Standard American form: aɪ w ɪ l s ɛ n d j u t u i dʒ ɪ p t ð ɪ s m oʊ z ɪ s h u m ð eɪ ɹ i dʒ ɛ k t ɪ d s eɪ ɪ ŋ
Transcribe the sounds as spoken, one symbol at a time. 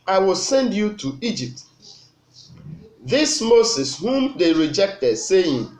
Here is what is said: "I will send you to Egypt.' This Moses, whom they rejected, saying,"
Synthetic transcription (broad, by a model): aɪ w ɪ l s ɛ n d j u t u i dʒ ɪ p t ð ɪ s m oʊ s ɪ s h u m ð eɪ ɹ i dʒ ɛ k t ɪ d s eɪ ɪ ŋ